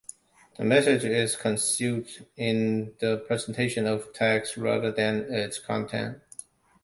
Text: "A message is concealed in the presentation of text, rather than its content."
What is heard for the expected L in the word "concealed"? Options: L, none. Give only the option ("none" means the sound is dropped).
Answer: none